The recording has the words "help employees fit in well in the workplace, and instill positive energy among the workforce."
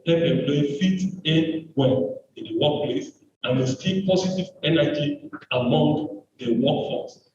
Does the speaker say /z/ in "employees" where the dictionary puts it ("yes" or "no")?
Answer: no